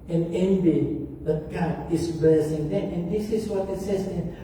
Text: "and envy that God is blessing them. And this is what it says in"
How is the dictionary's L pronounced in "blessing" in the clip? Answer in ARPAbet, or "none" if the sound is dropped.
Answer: none